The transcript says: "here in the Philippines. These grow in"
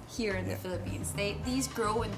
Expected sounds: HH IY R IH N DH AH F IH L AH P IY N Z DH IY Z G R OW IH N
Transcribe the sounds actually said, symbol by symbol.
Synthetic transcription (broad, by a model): HH IY R IH N DH AH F IH L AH P IY N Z DH IY Z G R OW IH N